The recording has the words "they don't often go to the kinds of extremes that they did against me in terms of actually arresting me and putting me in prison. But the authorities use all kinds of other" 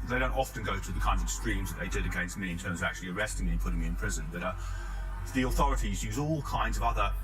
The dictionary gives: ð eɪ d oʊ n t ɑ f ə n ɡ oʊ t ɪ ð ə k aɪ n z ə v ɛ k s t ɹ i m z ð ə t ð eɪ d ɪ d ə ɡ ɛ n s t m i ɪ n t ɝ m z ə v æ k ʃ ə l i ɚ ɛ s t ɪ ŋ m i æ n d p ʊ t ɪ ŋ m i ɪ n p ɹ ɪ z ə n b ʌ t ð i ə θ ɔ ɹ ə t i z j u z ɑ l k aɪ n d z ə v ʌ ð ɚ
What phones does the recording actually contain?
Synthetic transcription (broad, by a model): ð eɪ d oʊ n t ɑ f ə n ɡ oʊ t ɪ ð ə k aɪ n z ə v s t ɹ i m z ð ə t ð eɪ d ɪ d ə ɡ ɛ n s t m i ɪ n t ɝ m z ə v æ k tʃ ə l i ɚ ɛ s t ɪ ŋ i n p ʊ t ɪ ŋ m i ɪ n p ɹ ɪ z ə n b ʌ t ð i ə θ ɔ ɹ ə t i z j u z ɑ l k aɪ n d z ə v ʌ ð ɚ